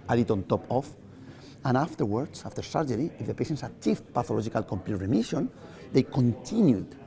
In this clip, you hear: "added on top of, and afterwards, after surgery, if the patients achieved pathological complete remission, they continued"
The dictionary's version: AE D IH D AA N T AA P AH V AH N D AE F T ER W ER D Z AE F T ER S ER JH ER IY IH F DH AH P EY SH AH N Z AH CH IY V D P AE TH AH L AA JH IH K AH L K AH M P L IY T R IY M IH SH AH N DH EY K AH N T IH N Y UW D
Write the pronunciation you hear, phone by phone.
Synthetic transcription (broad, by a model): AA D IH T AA N T AA P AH F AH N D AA F T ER W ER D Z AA F T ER S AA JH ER IY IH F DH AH P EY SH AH N S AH CH IY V P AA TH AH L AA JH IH K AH L K AH M P L IY T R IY M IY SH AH N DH EY K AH N T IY N Y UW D